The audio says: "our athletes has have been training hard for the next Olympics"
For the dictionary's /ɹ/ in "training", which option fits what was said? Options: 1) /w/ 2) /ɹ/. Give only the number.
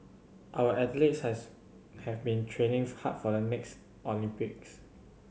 2